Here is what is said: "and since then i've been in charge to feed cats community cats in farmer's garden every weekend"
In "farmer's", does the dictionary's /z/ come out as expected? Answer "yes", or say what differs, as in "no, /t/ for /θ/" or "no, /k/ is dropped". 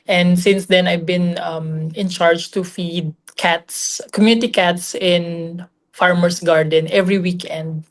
no, /s/ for /z/